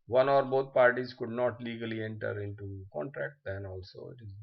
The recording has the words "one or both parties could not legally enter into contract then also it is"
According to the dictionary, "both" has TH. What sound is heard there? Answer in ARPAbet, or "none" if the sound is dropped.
T